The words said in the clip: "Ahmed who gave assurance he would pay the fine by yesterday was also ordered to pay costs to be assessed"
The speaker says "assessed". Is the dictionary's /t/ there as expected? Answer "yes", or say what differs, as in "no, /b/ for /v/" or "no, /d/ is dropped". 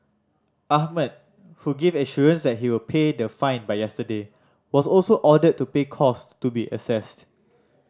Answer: yes